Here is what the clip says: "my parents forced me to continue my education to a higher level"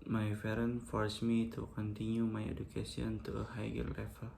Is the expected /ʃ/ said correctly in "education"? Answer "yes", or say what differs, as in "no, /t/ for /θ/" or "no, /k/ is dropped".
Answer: no, /s/ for /ʃ/